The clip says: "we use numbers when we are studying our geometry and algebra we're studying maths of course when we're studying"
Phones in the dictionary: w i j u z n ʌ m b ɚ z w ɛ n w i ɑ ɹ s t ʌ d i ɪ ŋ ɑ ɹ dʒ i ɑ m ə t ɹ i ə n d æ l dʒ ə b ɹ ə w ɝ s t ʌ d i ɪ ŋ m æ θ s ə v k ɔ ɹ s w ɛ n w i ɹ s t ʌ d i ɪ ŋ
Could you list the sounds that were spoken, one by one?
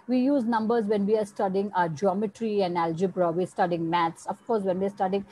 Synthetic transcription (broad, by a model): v i j u z n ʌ m b ɚ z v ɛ n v i ɑ ɹ s t ʌ d i ɪ ŋ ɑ dʒ i ɑ m ə t ɹ i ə n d æ l dʒ ə b ɹ ə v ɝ s t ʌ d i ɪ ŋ m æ t s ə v k ɔ ɹ s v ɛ n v i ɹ s t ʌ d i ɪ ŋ